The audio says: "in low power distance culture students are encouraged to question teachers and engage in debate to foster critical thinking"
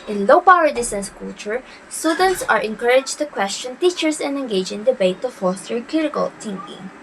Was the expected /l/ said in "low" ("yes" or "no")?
yes